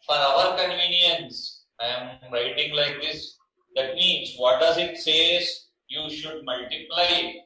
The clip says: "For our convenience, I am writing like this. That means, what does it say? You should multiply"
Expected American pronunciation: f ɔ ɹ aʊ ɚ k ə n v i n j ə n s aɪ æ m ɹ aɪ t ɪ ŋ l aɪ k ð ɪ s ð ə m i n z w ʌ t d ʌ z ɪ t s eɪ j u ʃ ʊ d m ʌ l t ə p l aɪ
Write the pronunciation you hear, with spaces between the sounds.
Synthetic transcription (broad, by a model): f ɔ ɹ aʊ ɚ k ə n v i n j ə n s aɪ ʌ m ɹ aɪ t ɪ ŋ l aɪ k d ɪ s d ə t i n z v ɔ t d ʌ z ɪ t s eɪ j u ʃ ʊ d m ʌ l t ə p l aɪ